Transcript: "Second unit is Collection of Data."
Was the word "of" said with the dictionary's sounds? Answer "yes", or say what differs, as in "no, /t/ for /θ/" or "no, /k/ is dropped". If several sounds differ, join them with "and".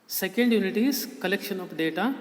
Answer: no, /p/ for /v/